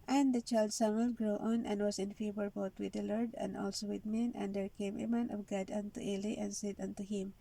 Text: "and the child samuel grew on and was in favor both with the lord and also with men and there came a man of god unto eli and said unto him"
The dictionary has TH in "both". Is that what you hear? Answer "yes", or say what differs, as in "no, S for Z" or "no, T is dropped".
no, T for TH